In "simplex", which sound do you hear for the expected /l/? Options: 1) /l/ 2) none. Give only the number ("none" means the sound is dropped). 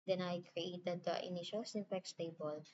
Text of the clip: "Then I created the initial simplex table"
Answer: 2